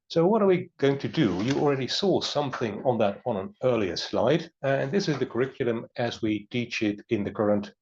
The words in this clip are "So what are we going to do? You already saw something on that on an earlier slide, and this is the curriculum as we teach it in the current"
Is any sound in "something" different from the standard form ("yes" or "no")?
no